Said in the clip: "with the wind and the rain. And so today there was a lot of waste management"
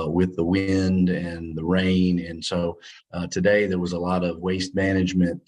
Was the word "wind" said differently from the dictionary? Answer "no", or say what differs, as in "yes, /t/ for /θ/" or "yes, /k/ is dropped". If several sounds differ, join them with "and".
no